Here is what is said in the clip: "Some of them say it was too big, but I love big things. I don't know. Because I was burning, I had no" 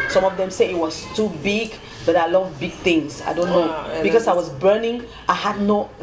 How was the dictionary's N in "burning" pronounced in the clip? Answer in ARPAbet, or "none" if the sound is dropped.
N